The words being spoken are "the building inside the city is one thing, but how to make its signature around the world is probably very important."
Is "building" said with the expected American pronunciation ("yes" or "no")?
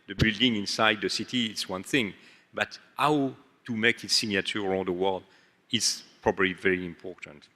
yes